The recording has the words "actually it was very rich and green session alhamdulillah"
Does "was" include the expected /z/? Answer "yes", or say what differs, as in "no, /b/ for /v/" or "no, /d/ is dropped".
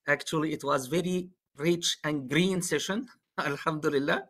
yes